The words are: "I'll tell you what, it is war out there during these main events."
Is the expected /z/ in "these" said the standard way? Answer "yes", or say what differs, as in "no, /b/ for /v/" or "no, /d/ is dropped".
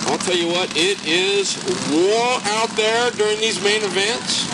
yes